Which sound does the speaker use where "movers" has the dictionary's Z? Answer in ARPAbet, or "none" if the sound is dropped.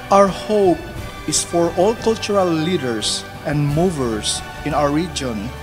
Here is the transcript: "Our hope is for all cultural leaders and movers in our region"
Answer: S